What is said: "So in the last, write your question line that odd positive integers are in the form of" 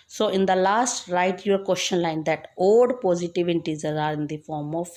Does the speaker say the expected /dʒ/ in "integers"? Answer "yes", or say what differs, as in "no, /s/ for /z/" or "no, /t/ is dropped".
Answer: no, /z/ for /dʒ/